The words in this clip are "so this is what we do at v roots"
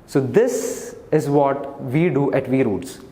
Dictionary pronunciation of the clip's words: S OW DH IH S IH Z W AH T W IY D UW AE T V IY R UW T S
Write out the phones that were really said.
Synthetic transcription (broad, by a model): S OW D IH S IH Z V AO T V IY D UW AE T V IY R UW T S